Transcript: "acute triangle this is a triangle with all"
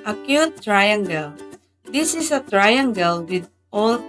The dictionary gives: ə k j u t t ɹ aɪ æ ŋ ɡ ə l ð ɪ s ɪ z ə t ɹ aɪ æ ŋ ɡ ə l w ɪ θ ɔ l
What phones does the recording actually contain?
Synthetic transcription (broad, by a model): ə k j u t t ɹ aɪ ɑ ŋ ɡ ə l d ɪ s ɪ s ə t ɹ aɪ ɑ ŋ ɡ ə l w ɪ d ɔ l